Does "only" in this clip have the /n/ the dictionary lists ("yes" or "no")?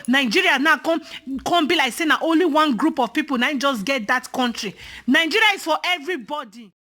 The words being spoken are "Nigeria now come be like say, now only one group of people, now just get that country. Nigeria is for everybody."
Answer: yes